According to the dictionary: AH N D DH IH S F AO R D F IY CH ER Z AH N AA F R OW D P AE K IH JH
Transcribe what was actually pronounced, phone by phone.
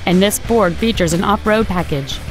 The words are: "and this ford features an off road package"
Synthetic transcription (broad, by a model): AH N DH IH S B AO R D F IY CH ER Z AH N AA P R OW D P AE K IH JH